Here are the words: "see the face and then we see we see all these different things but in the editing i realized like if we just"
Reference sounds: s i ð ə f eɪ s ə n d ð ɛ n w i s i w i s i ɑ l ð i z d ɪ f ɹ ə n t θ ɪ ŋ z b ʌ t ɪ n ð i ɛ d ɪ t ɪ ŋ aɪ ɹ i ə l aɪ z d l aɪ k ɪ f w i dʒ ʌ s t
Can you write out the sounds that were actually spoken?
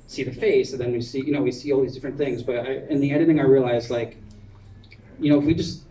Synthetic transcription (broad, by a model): s i ð ə f eɪ s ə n ð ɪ n w i s i w i s i ɑ l ð i z d ɪ f ɹ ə n θ ɪ ŋ z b ʌ t ɪ n ð i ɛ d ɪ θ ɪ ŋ aɪ ɹ i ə l aɪ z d l aɪ k ɪ f w i dʒ ʌ s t